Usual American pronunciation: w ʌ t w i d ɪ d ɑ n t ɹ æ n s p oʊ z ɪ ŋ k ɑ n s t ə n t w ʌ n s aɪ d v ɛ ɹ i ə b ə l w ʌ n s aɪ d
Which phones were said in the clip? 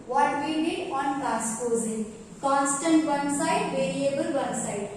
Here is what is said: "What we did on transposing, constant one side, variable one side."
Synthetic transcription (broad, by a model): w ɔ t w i d ɪ d ɑ n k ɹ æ s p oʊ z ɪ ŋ k ɑ n s t ə n t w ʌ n s aɪ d v ɛ ɹ i ə b ə l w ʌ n s aɪ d